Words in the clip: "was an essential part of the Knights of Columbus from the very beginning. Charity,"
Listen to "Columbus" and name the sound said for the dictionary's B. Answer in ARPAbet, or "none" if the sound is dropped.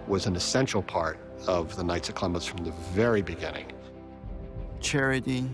none